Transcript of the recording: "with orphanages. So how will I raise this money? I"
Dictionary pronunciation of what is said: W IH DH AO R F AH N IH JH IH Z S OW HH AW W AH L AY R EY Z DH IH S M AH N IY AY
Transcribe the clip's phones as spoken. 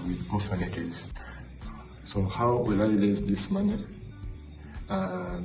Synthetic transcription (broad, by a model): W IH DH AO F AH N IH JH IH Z S OW HH AW W AH L AY L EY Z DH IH S M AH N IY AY